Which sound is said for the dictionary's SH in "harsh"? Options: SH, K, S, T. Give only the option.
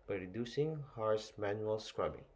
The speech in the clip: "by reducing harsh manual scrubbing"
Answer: S